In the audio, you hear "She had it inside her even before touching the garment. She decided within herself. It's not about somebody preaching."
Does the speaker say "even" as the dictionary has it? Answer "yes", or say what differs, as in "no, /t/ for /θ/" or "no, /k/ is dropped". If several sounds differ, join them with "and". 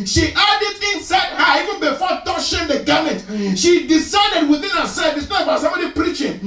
yes